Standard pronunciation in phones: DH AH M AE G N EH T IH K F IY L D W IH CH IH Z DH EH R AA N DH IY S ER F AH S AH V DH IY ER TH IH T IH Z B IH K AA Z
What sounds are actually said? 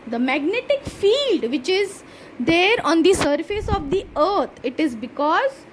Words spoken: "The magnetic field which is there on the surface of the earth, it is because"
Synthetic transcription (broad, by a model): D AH M AE G N EH T IH K F IY L D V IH CH IH Z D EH R AA N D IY S ER F AH S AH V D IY ER T IH T IH Z B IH K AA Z